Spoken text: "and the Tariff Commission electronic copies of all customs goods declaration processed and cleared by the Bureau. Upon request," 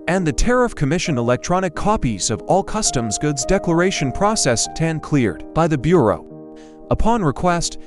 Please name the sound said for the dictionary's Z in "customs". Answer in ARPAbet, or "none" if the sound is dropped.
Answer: Z